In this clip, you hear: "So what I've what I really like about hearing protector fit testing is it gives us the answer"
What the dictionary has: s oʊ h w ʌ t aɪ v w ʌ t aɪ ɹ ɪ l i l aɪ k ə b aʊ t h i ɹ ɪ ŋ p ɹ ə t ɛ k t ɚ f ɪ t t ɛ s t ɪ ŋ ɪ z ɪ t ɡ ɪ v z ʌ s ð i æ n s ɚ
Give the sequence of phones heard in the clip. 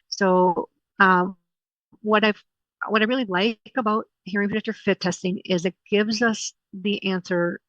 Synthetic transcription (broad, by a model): s oʊ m w ʌ t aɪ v w ʌ t aɪ ɹ ɪ l i l aɪ k ə b aʊ t h i ɹ ɪ ŋ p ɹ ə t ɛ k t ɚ f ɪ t t ɛ s t ɪ ŋ ɪ z ɪ t ɡ ɪ v z ʌ s ð i æ n s ɚ